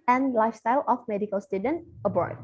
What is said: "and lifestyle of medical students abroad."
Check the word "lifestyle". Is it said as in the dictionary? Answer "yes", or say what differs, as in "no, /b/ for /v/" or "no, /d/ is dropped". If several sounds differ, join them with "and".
yes